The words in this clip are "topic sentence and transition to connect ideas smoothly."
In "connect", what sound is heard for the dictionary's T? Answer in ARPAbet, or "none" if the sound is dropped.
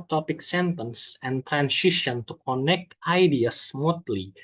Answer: T